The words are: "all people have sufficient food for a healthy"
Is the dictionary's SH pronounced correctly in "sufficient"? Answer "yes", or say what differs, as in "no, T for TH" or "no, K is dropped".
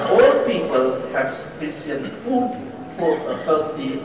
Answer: no, S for SH